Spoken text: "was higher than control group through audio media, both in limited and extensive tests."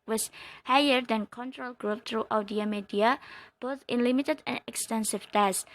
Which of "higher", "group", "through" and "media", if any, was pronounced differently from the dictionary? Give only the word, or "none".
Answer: through